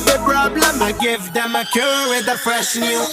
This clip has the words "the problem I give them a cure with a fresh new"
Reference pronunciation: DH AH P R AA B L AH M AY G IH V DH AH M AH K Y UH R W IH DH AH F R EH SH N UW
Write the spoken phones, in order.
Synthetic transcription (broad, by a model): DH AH P R AA B L AH M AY G IH V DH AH M AH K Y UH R W IH DH AH P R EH S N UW